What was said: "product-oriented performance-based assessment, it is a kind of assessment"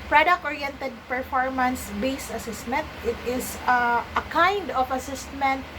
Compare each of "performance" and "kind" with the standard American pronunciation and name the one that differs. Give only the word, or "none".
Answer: none